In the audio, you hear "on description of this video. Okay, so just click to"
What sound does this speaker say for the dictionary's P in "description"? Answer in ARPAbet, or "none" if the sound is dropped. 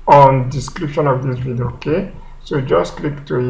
P